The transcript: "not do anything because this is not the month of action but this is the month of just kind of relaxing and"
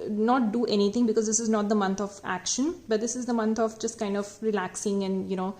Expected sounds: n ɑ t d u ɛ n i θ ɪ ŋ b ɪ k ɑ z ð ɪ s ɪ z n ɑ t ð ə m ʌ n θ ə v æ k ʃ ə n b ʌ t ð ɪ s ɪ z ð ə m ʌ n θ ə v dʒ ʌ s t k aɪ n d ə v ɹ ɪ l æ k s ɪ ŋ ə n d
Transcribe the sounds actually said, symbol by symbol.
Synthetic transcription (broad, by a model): n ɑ t d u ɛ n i t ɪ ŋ b ɪ k ɑ z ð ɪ s ɪ z n ɑ t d ə m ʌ n t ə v æ k ʃ ə n b ʌ t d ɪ s ɪ z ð ə m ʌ n t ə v dʒ ʌ s t k aɪ n d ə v ɹ ɪ l æ k s ɪ ŋ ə n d